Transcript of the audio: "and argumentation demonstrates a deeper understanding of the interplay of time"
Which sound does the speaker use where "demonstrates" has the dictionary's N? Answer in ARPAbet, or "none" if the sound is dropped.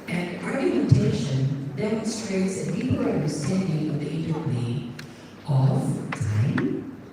N